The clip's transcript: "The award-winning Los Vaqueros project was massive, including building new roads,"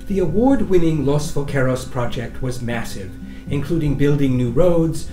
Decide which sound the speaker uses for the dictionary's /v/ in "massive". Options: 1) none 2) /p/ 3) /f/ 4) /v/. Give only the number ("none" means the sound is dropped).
4